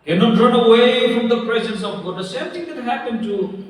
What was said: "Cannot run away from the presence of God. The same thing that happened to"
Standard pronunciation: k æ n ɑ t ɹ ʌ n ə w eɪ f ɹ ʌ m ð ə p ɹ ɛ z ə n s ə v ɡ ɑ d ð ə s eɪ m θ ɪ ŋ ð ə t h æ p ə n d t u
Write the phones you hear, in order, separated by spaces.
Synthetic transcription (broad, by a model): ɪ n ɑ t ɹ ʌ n ə w eɪ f ɹ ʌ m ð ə p ɹ ɛ z ə n s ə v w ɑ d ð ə s eɪ m t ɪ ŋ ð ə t h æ p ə n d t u